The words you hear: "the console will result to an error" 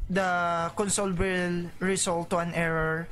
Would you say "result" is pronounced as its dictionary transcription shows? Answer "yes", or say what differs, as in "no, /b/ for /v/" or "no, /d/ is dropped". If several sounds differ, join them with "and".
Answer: no, /s/ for /z/